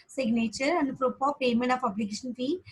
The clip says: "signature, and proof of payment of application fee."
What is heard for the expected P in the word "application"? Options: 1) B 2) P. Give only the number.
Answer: 1